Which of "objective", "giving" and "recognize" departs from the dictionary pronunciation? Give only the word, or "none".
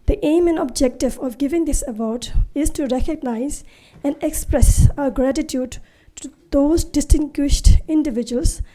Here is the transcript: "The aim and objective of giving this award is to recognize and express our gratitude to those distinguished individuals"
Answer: none